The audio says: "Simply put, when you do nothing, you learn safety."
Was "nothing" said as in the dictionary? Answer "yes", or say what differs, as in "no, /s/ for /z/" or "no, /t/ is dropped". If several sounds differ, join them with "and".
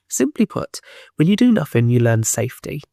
yes